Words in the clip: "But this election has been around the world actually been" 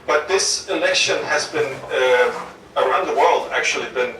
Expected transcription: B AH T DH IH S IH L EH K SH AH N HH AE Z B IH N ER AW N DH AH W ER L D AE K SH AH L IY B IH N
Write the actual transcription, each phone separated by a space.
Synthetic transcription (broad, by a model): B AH T DH IH S IH L EH K SH AH N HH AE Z B IH N ER AW N DH AH W ER L D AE K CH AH L IY B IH N